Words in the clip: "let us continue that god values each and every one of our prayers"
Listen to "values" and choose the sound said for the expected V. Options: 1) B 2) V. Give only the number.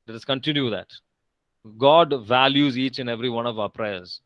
2